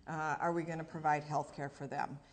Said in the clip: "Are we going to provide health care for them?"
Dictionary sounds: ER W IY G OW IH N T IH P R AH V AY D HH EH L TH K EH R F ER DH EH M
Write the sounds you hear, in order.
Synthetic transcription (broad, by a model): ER W IY G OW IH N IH P R AH V AY D HH EH L TH K EH R F ER DH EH M